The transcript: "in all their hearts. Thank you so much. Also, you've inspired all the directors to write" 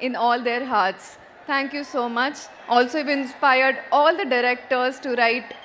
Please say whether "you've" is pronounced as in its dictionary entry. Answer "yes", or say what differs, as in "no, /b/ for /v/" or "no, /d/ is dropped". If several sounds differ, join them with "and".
no, /v/ is dropped